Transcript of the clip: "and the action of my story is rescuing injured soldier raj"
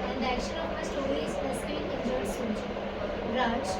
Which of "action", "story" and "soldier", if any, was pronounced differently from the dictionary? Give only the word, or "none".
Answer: soldier